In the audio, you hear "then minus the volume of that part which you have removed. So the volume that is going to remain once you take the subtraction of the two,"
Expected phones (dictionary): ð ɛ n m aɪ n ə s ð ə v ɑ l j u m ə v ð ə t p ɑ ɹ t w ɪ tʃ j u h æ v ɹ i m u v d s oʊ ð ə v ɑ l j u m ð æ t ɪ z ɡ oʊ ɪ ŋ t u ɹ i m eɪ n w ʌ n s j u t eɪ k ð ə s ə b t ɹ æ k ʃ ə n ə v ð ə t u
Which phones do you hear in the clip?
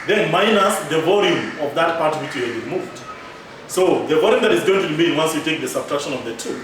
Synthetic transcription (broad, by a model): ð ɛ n m aɪ n ə s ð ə v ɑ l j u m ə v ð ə t p ɑ ɹ t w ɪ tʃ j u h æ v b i m u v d s oʊ ð ə v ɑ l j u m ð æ t ɪ z ɡ oʊ ɪ ŋ t u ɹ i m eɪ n w ʌ n s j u t eɪ k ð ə s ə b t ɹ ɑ k ʃ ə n ə v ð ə t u